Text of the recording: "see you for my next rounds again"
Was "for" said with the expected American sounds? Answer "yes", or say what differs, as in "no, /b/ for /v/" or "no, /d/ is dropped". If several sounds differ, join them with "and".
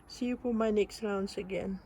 no, /p/ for /f/